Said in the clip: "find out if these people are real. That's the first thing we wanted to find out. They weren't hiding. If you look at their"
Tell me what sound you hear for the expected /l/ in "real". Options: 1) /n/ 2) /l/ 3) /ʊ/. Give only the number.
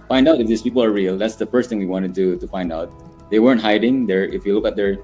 2